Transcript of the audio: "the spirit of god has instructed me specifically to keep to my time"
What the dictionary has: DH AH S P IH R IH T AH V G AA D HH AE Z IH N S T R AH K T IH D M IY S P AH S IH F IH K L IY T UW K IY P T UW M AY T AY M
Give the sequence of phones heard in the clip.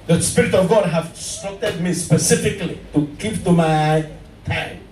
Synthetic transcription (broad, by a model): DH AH S P IH R IH T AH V G AA D HH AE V S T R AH T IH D M IY S P AH S IH F IH K L IY T UW K IY P T UW M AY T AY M